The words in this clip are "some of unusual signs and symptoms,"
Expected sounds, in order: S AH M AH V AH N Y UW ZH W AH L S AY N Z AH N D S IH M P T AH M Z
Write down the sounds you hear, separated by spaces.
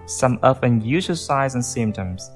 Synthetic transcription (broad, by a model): S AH M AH F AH N Y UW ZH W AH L S AY Z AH N S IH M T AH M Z